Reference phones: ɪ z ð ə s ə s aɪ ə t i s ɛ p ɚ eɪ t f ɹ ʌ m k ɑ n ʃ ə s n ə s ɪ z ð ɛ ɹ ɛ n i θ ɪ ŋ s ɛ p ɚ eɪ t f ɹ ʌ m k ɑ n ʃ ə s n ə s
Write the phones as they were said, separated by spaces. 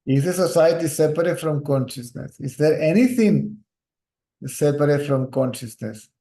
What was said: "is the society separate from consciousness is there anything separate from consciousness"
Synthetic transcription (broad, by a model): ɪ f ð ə s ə s aɪ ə t i s ɛ p ɚ eɪ t f ɹ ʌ m k ɑ n ʃ ə s n ə s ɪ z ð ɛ ɹ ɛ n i t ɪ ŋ s ɛ p ɚ eɪ t f ɹ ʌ m k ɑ n ʃ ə s n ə s